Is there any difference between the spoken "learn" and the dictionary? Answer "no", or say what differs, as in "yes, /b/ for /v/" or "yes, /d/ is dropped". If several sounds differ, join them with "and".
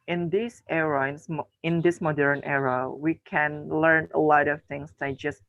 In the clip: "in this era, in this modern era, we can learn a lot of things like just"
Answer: no